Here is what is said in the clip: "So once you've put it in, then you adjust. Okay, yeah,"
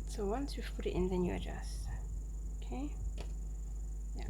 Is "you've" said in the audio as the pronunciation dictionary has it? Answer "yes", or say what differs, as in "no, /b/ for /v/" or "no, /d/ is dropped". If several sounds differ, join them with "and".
no, /f/ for /v/